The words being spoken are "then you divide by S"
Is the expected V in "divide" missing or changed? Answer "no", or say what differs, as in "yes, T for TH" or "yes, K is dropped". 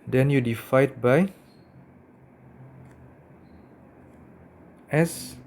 yes, F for V